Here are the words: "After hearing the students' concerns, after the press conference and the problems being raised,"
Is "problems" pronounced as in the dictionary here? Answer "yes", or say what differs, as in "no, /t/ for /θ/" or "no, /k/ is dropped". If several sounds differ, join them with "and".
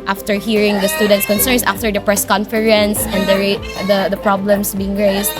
no, /s/ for /z/